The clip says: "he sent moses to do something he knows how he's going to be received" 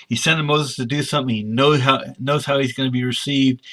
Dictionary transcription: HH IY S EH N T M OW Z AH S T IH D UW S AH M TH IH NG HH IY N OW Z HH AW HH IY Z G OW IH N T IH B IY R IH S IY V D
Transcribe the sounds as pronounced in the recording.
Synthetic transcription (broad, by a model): HH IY S EH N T M OW Z AH S T IH D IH S AH M TH IH NG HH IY N OW Z HH AW HH IY Z G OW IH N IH B IY R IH S IY V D